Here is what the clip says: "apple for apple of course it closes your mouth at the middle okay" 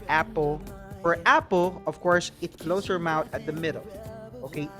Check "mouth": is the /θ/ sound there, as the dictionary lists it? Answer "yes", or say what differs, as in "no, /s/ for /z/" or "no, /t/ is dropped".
no, /t/ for /θ/